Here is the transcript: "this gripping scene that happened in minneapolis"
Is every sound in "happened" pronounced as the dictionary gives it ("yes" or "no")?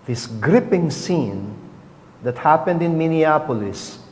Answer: yes